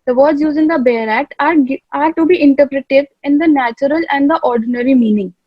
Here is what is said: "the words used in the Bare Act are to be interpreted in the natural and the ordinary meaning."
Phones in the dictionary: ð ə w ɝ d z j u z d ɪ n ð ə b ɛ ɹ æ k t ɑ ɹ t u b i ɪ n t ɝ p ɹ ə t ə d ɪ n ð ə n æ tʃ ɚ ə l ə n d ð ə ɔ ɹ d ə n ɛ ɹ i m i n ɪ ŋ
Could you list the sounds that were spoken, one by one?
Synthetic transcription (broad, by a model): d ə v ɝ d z j u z ɪ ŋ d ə b ɛ ɹ æ k t ɑ ɹ t u b i ɪ n t ɝ p ɹ ə t ə d ɪ n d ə n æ tʃ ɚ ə l ə n d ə ɔ ɹ d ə n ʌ ɹ i m i n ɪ ŋ